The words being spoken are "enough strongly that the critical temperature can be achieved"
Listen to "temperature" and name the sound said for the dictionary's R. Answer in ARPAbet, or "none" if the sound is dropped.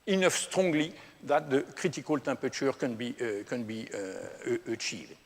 none